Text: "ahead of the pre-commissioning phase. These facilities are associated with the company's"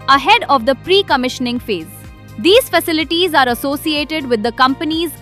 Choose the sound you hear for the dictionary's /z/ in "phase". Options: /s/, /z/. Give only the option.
/z/